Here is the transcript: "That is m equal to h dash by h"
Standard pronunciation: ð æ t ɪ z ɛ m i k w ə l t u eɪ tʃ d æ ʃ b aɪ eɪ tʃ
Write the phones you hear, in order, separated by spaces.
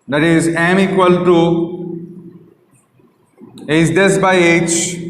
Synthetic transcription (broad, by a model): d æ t ɪ z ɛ m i k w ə l t u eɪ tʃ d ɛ s b aɪ eɪ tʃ